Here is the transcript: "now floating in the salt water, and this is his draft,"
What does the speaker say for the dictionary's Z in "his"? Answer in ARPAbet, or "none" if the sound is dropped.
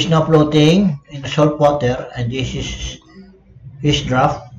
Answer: S